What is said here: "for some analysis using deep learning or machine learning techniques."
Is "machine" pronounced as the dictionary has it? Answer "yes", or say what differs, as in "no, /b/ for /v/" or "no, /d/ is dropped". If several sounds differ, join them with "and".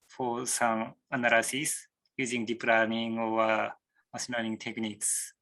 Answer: no, /s/ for /ʃ/